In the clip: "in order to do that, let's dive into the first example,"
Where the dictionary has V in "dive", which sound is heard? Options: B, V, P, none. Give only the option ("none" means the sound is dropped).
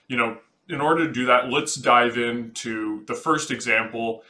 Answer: V